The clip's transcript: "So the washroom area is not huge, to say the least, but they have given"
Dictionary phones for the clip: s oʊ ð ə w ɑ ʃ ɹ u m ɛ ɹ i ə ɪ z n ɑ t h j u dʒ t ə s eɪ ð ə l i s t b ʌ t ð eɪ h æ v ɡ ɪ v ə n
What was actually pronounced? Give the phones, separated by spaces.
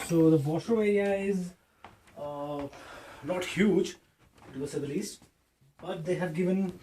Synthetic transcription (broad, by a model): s oʊ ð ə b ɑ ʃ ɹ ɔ ɛ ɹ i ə ɪ z n ɑ t h j u dʒ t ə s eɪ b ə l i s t b ʌ t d eɪ h æ v ɡ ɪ v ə n